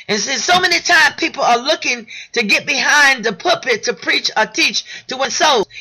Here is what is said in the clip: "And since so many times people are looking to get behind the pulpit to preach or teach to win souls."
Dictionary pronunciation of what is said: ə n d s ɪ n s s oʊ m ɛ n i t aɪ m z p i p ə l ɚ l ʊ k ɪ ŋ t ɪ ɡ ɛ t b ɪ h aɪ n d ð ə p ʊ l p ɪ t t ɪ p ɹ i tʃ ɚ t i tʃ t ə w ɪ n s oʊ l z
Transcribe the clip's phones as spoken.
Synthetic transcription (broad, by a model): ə n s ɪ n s s oʊ m ɛ n i t aɪ m p i p l ɚ l ʊ k ɪ ŋ t ɪ ɡ ɛ t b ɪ h aɪ n ð ə p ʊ p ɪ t t ɪ p ɹ i tʃ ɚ t i tʃ t ə w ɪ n s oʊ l